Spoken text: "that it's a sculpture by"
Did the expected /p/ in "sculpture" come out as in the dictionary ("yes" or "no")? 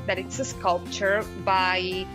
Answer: yes